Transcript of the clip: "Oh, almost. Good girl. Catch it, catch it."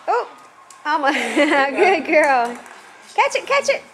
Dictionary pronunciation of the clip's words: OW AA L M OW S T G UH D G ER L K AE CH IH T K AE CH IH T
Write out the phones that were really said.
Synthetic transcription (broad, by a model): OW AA M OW G UH D G ER L K AE CH IH T K AE CH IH T